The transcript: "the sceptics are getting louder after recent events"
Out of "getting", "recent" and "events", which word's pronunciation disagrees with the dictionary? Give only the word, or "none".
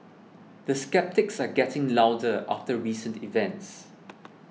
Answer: none